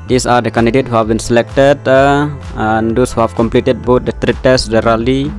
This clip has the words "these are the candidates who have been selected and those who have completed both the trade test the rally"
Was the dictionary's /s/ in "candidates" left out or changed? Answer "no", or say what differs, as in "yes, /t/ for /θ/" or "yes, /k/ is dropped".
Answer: yes, /s/ is dropped